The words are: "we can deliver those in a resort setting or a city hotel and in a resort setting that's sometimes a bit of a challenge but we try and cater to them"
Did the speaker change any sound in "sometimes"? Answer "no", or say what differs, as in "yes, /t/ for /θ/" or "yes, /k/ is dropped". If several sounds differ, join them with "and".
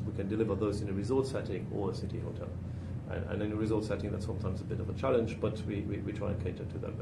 no